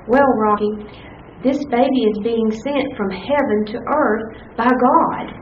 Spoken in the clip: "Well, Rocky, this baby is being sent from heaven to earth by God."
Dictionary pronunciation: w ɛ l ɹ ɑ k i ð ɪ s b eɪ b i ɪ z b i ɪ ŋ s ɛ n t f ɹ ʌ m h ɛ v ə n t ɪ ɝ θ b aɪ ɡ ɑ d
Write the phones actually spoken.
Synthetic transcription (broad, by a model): w ɛ l ɹ ɑ k i ð ɪ s b eɪ b i ɪ z b i ɪ ŋ s ɛ n t f ɹ ʌ m h ɛ v ə n t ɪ ɝ θ b aɪ ɡ ɑ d